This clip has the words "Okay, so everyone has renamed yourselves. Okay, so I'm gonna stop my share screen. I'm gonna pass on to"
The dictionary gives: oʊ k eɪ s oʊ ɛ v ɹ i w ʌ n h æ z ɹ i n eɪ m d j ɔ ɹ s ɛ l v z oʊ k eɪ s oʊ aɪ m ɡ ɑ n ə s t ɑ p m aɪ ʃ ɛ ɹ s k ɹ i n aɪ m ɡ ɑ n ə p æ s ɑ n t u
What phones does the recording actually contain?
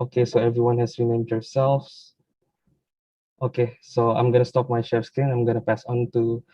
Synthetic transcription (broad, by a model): oʊ k eɪ s oʊ ɛ v ɹ i w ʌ n h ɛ s ɹ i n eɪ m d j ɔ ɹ s ɛ l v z oʊ k eɪ s oʊ aɪ m ɡ ɑ n ə s t ɑ p m aɪ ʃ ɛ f s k i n aɪ m ɡ ɑ n ə p æ s ɑ n t u